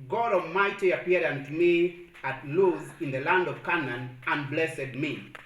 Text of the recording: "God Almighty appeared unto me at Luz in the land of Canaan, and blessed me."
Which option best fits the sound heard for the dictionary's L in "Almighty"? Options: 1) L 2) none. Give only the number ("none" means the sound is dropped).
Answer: 2